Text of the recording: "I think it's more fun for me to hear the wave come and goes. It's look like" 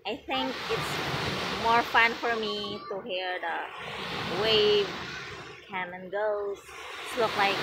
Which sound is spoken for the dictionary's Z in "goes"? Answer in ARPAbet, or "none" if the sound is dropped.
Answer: none